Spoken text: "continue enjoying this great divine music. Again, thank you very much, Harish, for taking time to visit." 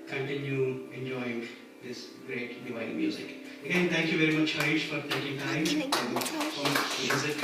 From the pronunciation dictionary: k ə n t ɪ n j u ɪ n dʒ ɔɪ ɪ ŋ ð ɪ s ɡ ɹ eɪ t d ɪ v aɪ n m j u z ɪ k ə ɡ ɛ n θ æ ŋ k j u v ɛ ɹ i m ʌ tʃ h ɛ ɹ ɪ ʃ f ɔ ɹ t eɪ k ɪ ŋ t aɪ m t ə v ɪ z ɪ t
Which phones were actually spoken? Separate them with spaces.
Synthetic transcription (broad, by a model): k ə n t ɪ n j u ɪ n dʒ ɔɪ ɪ ŋ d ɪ s ɡ ɹ eɪ t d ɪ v aɪ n m j u z ɪ k ə ɡ ɛ n t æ ŋ k j u v ɛ ɹ i m ʌ tʃ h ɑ ɪ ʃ f ɔ ɹ t eɪ k ɪ ŋ t aɪ m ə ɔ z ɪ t